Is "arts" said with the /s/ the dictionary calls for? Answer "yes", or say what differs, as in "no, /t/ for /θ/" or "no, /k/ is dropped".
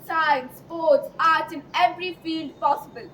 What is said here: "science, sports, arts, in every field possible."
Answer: no, /s/ is dropped